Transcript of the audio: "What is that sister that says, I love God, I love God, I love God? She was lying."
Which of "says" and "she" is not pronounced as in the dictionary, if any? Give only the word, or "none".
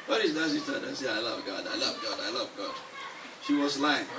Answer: says